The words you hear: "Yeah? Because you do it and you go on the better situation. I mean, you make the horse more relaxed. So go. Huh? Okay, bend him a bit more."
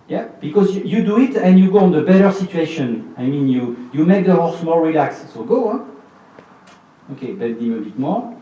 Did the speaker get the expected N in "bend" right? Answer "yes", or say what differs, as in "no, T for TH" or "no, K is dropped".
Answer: no, N is dropped